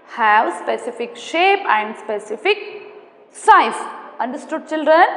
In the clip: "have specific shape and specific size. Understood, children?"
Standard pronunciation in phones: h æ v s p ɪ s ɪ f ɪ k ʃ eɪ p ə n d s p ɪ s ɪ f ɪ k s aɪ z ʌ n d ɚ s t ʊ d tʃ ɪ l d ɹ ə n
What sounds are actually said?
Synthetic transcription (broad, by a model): h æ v s p ɪ s ɪ f ɪ k ʃ eɪ p ə n d s p ɪ s ɪ f ɪ k s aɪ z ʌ n d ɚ s t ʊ d tʃ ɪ l d ɹ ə n